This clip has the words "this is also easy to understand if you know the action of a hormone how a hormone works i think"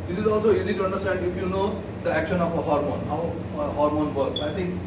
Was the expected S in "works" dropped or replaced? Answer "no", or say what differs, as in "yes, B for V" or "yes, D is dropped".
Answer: yes, S is dropped